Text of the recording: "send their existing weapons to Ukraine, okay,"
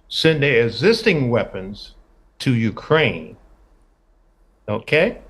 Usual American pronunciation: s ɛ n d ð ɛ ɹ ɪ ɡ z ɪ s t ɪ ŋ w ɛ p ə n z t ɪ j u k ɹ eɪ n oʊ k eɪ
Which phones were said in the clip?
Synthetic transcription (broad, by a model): s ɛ n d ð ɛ ɪ ɡ z ɪ s t ɪ ŋ w ɛ p ə n z t ɪ j u k ɹ eɪ n oʊ k eɪ